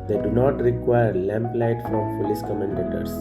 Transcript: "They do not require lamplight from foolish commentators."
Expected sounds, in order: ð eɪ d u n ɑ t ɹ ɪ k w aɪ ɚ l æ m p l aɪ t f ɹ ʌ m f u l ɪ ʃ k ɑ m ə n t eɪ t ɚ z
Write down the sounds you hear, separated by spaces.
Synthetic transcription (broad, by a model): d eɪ d u n ɑ t ɹ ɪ k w aɪ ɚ l æ m p l aɪ t f ɹ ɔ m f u l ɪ s k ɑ m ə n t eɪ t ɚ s